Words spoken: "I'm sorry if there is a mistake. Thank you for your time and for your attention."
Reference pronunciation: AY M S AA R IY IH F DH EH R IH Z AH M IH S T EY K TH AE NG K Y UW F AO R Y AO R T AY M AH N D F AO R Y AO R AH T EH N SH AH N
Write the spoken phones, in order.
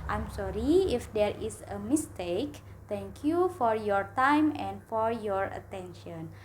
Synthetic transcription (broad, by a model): AY M S AA R IY IH F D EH R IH S AH M IH S T EY K T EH NG K Y UW F AO R Y AO R T AY M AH N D F AO R Y AO R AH T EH N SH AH N